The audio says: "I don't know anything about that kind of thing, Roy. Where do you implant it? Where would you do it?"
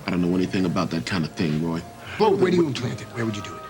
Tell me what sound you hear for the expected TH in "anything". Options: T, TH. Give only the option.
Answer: TH